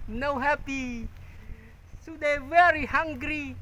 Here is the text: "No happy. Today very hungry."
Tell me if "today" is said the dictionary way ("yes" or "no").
no